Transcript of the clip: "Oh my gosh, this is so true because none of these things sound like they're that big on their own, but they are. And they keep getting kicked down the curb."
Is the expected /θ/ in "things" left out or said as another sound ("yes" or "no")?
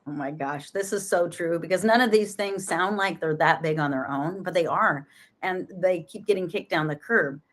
no